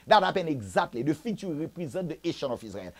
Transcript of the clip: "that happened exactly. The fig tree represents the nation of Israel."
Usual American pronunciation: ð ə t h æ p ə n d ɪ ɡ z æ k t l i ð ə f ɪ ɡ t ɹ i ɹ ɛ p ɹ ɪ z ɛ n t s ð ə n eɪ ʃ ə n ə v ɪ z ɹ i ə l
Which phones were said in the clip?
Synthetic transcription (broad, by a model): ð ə t h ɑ p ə n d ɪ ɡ z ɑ k t l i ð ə f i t i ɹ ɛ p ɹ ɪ z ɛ t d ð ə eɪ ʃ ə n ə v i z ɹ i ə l